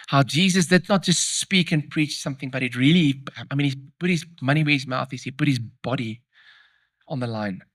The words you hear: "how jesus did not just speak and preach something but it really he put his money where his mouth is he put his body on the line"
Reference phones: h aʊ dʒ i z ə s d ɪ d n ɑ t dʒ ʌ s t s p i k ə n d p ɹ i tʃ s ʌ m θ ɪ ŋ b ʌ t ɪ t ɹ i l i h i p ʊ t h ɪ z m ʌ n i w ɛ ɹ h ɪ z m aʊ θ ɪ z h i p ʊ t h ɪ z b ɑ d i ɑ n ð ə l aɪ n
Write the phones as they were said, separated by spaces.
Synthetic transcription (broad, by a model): h aʊ dʒ i z ə s d ɪ d n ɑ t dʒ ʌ s t s p i k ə n p ɹ i tʃ s ʌ m θ ɪ ŋ b ʌ t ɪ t ɹ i l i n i p ʊ t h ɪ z m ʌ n i w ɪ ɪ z m aʊ θ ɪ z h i p ʊ t h ɪ z b ɑ d i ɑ n ð ə l aɪ n